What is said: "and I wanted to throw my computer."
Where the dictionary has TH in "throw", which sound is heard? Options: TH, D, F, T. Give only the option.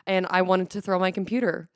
TH